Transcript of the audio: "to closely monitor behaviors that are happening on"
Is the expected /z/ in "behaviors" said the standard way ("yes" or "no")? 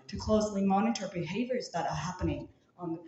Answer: yes